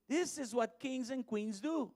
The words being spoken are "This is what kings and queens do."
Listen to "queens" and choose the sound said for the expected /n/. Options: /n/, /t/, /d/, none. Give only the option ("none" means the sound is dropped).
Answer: /n/